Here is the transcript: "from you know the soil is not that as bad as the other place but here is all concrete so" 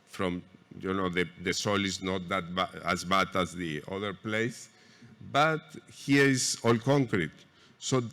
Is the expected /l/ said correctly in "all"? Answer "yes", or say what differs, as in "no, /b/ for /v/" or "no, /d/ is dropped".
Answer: yes